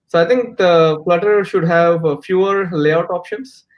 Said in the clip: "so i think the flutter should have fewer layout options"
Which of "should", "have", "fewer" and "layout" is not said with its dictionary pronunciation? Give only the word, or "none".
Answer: none